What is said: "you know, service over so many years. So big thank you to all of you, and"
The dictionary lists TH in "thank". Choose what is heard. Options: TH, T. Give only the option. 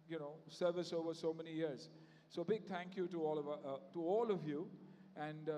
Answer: T